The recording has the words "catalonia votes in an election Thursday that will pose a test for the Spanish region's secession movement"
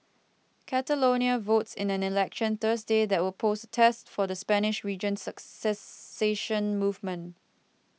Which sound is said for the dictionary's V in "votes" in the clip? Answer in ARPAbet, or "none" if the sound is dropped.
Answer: V